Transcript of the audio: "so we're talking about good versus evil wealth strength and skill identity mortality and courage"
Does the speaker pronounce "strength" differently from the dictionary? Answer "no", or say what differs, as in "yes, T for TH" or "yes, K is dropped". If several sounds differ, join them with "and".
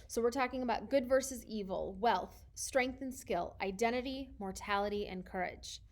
no